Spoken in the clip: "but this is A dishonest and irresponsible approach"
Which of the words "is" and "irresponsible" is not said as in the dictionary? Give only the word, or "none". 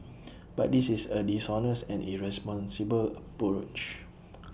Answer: is